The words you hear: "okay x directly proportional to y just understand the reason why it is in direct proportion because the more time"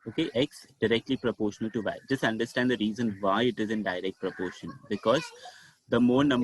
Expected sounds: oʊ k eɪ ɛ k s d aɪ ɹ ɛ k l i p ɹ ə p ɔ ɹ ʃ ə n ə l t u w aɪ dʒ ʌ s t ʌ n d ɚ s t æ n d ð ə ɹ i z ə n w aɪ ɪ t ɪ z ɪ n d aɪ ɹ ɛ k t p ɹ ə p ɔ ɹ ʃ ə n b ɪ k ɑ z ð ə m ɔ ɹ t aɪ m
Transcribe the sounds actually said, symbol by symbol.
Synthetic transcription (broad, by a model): oʊ k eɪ ɛ k s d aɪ ɹ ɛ k l i p ɹ ə p ɔ ɹ ʃ ə n ə l t u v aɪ dʒ ʌ s t ʌ n d ɚ s t æ n d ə ɹ i z ə n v aɪ ɪ t ɪ z ɪ n d aɪ ɹ ɛ k t p ɹ ə p ɔ ɹ ʃ ə n b ɪ k ɑ z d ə m ɔ ɹ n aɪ m